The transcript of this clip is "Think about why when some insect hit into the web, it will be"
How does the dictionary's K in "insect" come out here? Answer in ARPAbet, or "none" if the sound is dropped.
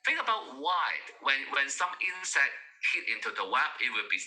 none